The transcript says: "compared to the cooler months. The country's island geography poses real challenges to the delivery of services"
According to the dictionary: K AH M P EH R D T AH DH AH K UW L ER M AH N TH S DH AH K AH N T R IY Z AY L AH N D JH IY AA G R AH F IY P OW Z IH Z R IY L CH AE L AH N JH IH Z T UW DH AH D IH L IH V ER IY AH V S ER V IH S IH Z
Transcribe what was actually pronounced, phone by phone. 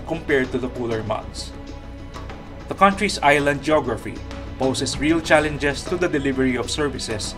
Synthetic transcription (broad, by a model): K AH M P EH R D T AH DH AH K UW L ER M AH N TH S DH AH K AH N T R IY S AY L AH N D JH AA G R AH F IY P OW S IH S R IY L CH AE L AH N JH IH S T UW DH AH D IH L IH V ER IY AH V S ER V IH S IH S